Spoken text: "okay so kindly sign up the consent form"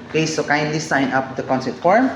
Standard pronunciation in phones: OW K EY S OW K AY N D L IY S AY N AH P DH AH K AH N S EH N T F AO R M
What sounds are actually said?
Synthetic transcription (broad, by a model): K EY S OW K AY N D L IY S AY N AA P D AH K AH N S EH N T F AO R M